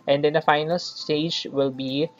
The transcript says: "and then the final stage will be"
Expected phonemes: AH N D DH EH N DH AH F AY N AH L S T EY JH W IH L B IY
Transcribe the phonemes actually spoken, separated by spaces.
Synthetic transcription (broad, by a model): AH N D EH N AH F AY N AH L S T EY JH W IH L B IY